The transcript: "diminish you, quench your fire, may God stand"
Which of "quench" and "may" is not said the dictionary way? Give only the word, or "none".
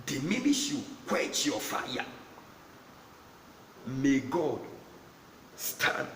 quench